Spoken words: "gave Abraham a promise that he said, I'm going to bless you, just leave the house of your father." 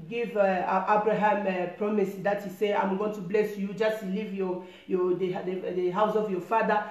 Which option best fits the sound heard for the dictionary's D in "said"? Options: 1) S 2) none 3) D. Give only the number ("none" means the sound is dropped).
2